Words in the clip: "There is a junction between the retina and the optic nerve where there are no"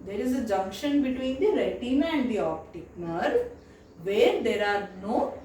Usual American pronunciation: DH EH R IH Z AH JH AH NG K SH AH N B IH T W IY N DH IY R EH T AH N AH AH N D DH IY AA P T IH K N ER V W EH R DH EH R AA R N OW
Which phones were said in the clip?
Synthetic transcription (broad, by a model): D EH R IH Z AH JH AH NG K SH AH N B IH T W IY N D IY R EH T AH N AH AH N D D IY AA P T IH K N ER V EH R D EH R AA R N OW